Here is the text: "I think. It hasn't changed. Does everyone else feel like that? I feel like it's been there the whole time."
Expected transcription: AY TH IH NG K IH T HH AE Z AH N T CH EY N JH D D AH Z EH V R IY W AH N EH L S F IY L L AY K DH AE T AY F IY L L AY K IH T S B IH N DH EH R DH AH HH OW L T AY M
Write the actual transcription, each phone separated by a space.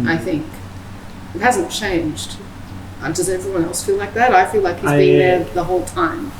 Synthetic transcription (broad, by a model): AY TH IH NG K IH T HH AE Z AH N CH EY N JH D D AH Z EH V R IY W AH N EH L S F IY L L AY K DH AE T AY F IY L L AY K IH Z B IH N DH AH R DH AH HH OW L T AY M